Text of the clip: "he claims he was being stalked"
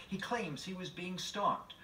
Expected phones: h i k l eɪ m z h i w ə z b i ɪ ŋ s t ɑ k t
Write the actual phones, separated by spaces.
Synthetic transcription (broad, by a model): h i k l eɪ m z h i w ə z b i ɪ ŋ s t ɑ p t